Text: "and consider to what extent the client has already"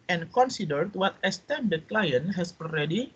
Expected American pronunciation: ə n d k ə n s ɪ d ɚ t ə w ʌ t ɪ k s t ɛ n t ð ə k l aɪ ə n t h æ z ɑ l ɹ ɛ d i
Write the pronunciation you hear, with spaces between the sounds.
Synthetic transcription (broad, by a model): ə n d k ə n s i d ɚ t w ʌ t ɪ s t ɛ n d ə k l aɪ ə n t h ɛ s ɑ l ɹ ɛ d i